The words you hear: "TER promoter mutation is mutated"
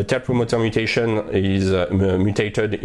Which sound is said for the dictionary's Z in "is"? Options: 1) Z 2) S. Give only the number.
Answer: 1